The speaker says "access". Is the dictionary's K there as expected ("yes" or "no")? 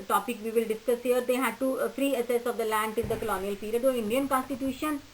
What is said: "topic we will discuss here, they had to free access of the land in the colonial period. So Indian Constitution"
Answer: no